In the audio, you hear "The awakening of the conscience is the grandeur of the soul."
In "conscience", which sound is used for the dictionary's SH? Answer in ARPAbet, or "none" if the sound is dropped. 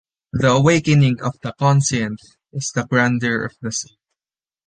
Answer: S